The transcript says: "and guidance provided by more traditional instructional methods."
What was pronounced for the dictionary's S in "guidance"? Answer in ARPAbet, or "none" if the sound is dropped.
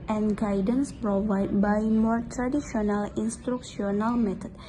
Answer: S